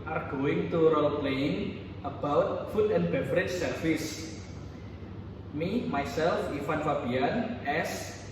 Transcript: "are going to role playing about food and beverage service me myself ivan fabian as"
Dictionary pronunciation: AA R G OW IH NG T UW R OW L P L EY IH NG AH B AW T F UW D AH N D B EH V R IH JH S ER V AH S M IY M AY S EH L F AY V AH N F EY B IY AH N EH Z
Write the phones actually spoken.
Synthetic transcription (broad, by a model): AA R G OW IH NG T UW R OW L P L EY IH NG AH B AW T F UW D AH N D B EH F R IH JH S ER F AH S M IY M AY S EH L F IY F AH N F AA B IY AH N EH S